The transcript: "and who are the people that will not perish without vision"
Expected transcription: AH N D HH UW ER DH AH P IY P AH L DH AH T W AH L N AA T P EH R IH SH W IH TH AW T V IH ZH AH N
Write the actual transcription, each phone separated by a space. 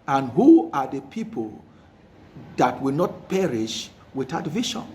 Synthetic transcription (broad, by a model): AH N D HH UW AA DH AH P IY P AH L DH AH T W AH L N AA T P EH R IH SH W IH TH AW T V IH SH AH N